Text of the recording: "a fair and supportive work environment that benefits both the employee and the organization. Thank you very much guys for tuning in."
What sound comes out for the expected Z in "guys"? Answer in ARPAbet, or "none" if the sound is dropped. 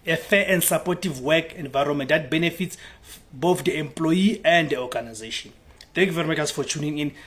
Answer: S